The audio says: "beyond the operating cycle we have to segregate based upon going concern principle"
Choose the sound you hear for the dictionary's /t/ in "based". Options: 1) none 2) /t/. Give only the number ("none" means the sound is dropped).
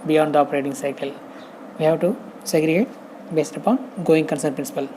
2